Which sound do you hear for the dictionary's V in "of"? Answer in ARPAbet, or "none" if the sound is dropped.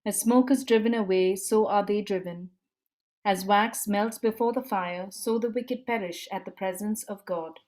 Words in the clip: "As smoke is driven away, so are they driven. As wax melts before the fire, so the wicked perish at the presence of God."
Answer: V